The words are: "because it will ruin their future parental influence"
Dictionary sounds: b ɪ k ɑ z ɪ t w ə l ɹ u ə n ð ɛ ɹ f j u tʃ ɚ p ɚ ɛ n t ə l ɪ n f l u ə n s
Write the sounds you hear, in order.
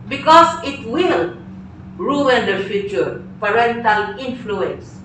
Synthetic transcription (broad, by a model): b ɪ k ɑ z ɪ t w ə l ɹ u ə n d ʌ f j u tʃ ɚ p ɚ ɛ n t ə l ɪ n f l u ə n s